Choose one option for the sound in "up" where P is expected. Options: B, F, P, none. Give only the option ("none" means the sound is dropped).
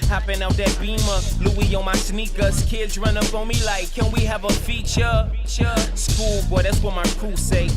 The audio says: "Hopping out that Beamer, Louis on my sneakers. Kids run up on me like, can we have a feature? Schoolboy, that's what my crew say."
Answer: F